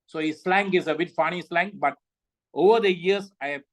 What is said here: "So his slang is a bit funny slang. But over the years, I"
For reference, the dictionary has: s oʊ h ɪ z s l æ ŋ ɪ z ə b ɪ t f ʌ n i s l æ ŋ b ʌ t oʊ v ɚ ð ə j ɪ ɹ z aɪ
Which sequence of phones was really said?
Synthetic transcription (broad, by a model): s oʊ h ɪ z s l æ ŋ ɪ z ə b ɪ t f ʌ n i s l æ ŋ b ʌ t oʊ v ɚ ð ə j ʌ ɹ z aɪ